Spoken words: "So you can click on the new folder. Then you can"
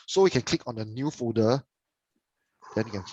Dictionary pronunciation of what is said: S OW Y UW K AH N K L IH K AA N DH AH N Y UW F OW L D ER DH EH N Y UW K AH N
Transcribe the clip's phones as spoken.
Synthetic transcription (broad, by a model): S OW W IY K AH N K L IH K AA N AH N Y UW F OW D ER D EH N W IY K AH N